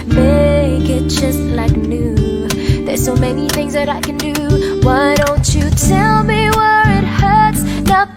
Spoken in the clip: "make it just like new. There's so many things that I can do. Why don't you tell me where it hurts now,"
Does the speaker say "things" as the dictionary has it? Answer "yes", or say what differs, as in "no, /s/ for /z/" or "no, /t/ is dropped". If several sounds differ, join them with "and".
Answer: yes